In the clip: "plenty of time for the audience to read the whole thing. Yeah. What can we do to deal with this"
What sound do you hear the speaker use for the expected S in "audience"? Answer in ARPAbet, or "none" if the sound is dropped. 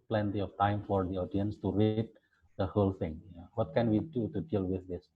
S